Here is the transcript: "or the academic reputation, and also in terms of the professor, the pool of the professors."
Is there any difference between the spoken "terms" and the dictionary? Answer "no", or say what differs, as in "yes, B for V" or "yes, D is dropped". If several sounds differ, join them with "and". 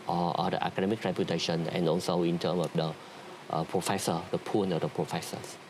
yes, Z is dropped